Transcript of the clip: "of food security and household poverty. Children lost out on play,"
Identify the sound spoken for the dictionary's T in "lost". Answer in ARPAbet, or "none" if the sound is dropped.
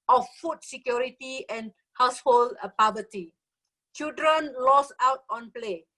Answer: none